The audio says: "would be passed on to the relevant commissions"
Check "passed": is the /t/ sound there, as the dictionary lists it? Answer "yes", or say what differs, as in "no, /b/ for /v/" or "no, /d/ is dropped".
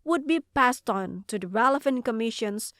yes